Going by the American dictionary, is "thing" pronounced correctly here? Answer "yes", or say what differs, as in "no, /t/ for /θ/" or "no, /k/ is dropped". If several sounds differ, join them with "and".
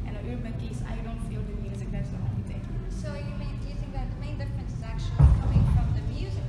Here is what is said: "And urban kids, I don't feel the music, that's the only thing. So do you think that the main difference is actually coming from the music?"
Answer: no, /t/ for /θ/